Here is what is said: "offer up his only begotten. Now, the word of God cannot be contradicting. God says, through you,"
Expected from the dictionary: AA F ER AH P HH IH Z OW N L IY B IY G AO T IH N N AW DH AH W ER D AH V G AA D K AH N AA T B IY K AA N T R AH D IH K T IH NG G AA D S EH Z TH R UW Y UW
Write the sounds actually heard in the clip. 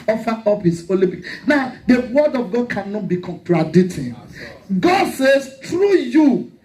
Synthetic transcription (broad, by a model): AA F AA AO P HH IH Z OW L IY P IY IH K N AW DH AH W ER D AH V G AA D K AH N AA T B IY K AA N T R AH D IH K T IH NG G AA D S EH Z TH R UW Y UW